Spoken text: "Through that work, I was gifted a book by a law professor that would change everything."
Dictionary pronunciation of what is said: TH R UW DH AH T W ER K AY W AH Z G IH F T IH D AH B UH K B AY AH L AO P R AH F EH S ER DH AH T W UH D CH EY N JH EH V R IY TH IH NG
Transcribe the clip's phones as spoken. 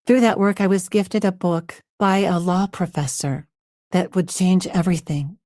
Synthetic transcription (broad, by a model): TH R UW DH AH T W ER K AY W AH Z G IH F T IH D AH B UH K B AY AH L AO P R AH F EH S ER DH AH T W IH D CH EY N JH EH V R IY TH IH NG